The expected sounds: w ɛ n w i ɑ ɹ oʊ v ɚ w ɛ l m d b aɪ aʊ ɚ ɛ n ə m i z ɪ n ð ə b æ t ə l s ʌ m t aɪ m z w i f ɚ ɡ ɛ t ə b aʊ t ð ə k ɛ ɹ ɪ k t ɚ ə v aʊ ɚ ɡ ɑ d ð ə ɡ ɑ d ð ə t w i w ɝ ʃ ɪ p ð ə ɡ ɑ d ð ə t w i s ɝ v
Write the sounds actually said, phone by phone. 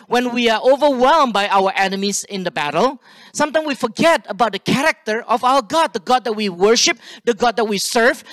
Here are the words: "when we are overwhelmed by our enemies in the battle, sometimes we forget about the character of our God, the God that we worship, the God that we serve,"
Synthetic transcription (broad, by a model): w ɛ n w i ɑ ɹ oʊ v ɚ w ɛ l m b aɪ aʊ ɚ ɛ n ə m i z ɪ n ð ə b æ t ə l s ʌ m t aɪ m w i f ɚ ɡ ɛ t ə b aʊ t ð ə k ɛ ɹ ɪ k t ɚ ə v aʊ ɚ ɡ ɑ d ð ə ɡ ɑ d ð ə t w i w ɝ ʃ ɪ p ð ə ɡ ɑ d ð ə t w i s ɝ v